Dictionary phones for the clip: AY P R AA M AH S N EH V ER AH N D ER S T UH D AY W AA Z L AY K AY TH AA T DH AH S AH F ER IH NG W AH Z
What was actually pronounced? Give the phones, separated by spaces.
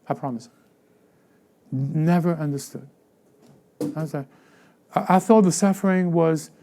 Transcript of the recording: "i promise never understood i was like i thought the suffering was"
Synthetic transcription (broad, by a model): AY P R AA M AH S N EH V ER AH N D ER S T UH D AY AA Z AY AY TH AA T DH AH S AH F ER IH NG W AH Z